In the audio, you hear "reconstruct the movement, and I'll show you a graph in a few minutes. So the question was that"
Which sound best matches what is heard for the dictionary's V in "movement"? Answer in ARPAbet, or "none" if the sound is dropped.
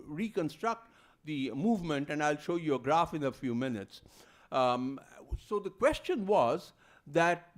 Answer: V